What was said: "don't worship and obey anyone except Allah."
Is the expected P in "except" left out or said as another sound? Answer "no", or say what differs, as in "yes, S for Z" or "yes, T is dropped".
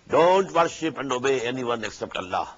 no